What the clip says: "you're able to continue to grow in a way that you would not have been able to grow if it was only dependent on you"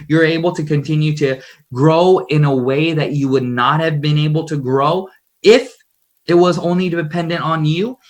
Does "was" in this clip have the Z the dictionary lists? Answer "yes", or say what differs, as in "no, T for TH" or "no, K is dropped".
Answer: yes